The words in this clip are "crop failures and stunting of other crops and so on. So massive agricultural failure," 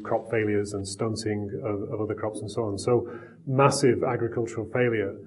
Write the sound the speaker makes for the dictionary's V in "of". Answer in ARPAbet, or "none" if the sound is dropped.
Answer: V